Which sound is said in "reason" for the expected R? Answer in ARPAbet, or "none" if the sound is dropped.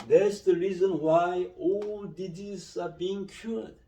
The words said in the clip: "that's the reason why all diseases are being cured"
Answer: R